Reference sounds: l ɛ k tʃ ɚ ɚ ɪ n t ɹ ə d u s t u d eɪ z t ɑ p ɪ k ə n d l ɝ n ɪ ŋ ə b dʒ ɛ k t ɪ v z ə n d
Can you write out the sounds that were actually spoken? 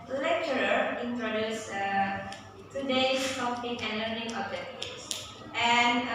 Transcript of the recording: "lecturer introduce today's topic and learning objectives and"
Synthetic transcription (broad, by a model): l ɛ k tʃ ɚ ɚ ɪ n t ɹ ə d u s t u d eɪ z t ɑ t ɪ ə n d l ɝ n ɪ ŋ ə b ɛ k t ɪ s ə n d